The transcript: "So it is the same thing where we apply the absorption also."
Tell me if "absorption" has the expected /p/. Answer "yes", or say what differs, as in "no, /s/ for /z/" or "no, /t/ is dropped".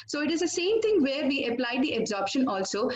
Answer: yes